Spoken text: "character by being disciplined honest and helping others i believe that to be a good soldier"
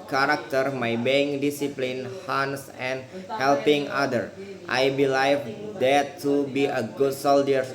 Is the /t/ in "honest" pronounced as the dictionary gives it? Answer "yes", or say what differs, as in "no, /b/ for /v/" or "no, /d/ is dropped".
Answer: no, /t/ is dropped